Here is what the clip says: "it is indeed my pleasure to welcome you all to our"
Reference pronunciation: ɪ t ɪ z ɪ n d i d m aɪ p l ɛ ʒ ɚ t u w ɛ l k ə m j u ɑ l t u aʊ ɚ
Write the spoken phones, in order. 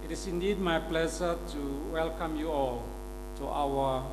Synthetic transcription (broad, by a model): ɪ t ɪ s ɪ n d i d m aɪ p l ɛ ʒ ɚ t u w ɛ l k ə m j u ɑ l t u aʊ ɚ